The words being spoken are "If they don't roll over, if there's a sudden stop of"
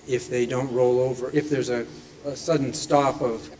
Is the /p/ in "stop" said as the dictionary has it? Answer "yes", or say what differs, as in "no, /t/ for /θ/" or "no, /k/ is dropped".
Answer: no, /f/ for /p/